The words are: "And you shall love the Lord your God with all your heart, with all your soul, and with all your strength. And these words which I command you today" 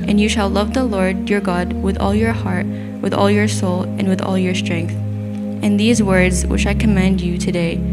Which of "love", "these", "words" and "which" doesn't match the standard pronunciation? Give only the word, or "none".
none